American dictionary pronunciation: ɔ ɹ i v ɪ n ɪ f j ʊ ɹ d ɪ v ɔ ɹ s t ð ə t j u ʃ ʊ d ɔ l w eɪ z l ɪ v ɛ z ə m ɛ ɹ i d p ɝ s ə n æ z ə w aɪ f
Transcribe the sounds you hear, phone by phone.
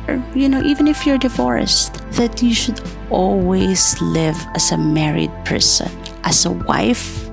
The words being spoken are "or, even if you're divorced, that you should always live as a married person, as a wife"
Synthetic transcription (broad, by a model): ɔ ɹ i v ɪ n ɪ f j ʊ ɹ d ɪ v ɔ ɹ s t ð ə t j u ʃ ʊ d ɔ l w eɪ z l ɪ v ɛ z ə m ɛ ɹ i d p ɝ s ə n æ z ə w aɪ f